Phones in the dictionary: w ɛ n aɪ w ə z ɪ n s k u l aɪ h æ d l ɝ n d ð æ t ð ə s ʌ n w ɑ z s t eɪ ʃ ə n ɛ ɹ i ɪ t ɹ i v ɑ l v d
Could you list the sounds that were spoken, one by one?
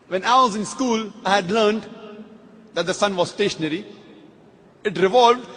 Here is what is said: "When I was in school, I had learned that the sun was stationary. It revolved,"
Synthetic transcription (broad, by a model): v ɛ n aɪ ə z ɪ n s k u l aɪ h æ d l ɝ n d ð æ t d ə s ʌ n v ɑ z s t eɪ ʃ ə n ɛ ɹ i ɪ t ɹ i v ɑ l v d